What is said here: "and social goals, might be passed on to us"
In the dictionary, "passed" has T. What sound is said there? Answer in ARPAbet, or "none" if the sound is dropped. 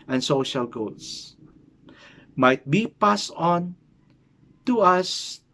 none